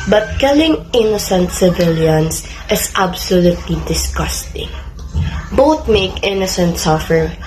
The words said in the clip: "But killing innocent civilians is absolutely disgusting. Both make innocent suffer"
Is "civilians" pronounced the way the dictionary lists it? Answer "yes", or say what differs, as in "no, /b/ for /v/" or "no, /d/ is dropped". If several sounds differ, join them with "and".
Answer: no, /s/ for /z/